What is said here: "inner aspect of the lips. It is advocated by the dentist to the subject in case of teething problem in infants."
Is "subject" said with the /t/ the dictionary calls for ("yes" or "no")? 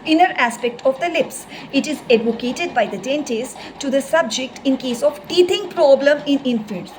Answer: yes